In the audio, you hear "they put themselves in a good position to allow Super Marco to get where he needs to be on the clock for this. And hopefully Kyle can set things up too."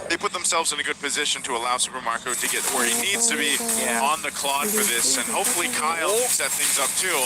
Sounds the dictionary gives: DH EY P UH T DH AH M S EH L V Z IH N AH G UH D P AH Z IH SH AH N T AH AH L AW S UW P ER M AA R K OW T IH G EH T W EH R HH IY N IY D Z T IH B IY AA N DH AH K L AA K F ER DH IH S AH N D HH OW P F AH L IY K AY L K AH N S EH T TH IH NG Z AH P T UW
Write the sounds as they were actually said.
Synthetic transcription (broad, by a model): DH EY P UH T DH AH M S EH L V Z IH N AH G UH D P AH Z IH SH AH N T AH AH L AW S UW P ER M AA R K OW T IH G EH T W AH R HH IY N IY D Z T IH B IY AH N DH AH K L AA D F ER DH IH S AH N HH OW P F L IY K AY L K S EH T TH IH NG Z AH P T UW